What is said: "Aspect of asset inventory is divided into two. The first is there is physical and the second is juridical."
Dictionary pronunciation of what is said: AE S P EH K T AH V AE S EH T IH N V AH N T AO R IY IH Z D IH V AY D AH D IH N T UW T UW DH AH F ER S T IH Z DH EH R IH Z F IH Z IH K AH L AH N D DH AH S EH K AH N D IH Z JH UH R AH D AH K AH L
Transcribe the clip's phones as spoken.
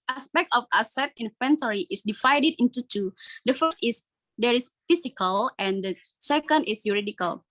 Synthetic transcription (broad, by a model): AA S P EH K T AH F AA S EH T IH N F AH N S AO R IY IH S D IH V AY D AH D IH N T UW T UW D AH F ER S T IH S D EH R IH S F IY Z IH K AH L AH N D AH S EH K AH N D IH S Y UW R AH D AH K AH L